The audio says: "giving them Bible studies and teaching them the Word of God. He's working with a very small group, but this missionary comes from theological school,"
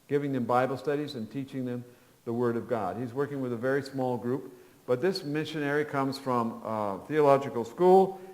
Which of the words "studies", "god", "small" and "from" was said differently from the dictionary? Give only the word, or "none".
none